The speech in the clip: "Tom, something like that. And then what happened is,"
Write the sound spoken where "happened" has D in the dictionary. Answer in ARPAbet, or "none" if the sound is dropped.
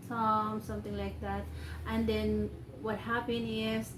none